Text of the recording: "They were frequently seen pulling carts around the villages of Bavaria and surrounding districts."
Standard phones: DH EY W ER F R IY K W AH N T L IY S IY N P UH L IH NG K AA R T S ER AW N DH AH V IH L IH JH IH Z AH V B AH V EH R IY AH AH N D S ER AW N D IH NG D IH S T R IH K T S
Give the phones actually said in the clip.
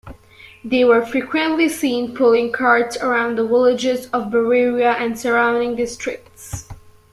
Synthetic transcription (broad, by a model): DH EY W ER F R IY K W AH N T L IY S IY N P UH L IH NG K AA R T S ER AW N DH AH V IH L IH JH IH Z AH V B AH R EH R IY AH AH N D S ER AW N D IH NG D IH S T R IH K T S